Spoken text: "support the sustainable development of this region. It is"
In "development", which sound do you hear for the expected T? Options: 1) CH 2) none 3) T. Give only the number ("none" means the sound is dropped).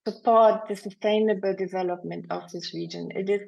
3